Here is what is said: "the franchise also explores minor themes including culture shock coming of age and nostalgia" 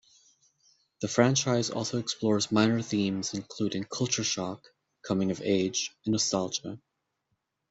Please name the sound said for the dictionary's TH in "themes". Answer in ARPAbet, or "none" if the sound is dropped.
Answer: TH